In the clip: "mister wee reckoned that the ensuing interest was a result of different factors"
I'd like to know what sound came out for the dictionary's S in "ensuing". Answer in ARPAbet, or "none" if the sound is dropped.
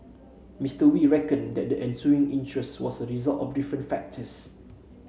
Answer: S